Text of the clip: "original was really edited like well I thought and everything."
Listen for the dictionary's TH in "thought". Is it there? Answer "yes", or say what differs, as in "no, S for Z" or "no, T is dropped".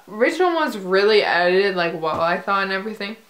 yes